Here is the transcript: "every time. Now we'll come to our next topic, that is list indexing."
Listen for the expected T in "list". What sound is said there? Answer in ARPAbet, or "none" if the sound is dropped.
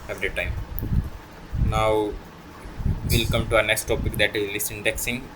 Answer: none